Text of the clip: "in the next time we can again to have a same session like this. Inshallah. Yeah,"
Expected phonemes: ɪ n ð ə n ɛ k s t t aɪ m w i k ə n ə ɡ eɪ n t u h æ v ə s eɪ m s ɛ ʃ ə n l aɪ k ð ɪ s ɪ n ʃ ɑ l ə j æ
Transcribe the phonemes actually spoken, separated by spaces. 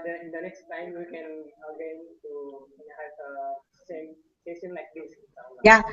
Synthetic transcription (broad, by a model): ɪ n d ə n ɛ k s t t aɪ m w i k ə n ə ɡ eɪ n t u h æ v ə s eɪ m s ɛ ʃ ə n l aɪ k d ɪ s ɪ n s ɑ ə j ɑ